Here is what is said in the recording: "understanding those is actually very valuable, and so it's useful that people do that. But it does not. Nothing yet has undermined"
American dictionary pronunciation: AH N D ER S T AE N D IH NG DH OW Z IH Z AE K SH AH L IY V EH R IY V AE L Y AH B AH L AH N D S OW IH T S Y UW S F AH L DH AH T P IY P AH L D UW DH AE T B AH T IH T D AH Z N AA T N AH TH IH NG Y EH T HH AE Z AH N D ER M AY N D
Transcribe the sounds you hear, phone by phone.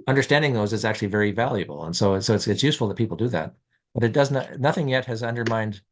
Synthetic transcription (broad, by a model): AH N D ER S T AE N D IH NG DH OW Z IH Z AE K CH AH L IY V EH R IY V AE L Y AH B L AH N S S OW IH T S Y UW S F L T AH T P IY P L D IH DH AE T B AH T IH T D AH Z N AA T N AH TH IH NG Y EH T HH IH Z AH N D ER M AY N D